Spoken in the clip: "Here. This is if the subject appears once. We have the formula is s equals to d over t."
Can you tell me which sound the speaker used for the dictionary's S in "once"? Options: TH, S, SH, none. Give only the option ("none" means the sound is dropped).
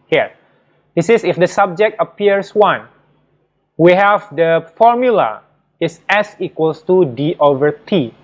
none